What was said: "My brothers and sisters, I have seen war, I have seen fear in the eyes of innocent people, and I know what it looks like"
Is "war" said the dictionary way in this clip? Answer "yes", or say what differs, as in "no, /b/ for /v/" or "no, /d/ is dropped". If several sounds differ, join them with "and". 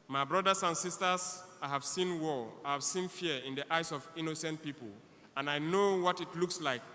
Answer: no, /l/ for /ɹ/